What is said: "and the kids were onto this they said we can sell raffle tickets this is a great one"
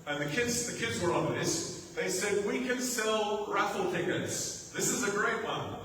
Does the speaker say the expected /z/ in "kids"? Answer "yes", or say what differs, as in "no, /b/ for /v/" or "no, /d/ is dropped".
yes